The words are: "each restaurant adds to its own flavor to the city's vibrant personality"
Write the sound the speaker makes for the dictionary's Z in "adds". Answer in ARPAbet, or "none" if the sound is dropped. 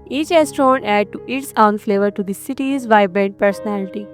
none